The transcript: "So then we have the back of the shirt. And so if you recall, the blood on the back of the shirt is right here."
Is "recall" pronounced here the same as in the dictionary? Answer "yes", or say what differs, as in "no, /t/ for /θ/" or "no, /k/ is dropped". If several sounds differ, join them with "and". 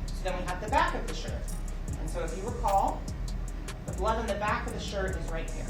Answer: no, /w/ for /ɹ/